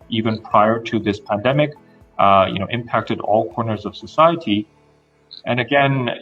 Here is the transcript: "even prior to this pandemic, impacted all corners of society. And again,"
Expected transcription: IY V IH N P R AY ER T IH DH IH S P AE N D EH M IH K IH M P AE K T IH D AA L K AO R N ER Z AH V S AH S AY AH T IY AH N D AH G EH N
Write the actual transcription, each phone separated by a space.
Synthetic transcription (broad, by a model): IY V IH N P R AY ER T IH DH IH S P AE N D EH M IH K IH M P AE K T IH D AA L K AO R N ER Z AH V S AH S AY AH T IY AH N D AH G EH N